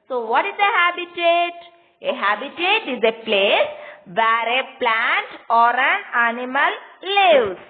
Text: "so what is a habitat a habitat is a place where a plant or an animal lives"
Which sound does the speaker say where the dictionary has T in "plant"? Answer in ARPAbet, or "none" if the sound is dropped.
T